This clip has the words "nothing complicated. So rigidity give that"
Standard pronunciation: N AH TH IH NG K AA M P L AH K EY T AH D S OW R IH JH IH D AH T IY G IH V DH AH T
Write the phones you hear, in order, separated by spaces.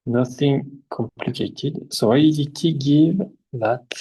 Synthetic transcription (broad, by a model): N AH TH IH NG K AA M P L AH K EY T AH D S OW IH IH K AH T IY G IH V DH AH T